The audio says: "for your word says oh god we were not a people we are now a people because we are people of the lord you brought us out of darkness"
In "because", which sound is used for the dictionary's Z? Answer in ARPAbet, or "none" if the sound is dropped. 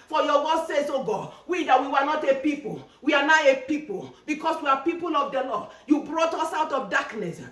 S